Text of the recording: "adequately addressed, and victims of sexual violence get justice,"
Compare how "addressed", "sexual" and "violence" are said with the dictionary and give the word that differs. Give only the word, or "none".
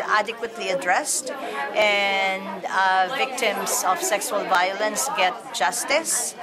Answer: none